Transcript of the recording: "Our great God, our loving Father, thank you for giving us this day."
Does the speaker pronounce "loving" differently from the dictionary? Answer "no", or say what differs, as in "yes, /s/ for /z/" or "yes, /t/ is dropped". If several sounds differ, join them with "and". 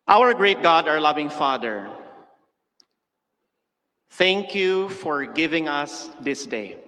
no